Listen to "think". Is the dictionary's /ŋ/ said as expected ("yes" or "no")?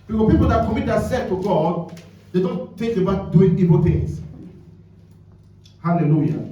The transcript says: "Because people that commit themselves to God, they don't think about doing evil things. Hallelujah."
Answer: no